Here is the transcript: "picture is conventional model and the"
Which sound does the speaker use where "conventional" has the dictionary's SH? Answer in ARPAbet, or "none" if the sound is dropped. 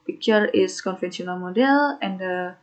S